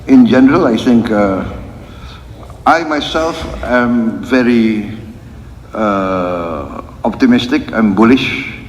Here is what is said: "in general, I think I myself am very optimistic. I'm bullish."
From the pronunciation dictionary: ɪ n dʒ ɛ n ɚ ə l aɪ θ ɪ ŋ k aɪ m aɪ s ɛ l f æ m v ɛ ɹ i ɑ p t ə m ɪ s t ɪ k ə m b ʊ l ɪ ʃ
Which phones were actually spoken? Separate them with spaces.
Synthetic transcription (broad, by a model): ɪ n dʒ ɛ n ɚ ə l aɪ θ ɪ ŋ k aɪ m aɪ s ɛ l f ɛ m v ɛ ɹ i ɑ p t ə m ɪ s t ɪ k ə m b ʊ l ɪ ʃ